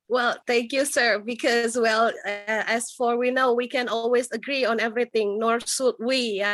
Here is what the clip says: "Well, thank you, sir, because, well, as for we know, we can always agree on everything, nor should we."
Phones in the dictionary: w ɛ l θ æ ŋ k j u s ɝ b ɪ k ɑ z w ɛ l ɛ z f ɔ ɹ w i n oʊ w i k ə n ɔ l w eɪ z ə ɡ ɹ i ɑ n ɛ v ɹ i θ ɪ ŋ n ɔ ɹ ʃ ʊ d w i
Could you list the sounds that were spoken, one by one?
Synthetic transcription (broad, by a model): w ɛ l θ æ ŋ k j u s ɝ b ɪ k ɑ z w ɛ l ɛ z f ɔ ɹ w i n oʊ w i k ə n ɔ l w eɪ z ə ɡ ɹ i ɑ n ɛ v ɹ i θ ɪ ŋ n ɔ ɹ s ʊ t w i